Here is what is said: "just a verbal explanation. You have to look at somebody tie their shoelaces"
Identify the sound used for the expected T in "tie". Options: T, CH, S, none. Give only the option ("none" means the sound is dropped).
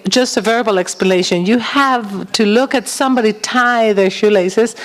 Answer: T